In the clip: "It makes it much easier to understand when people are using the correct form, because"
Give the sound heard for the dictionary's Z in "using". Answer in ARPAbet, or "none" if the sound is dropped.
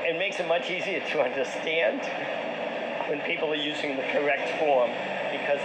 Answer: Z